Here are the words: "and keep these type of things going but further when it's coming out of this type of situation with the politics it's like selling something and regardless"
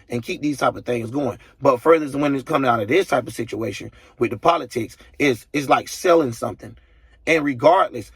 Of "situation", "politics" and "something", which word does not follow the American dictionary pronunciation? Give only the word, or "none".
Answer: none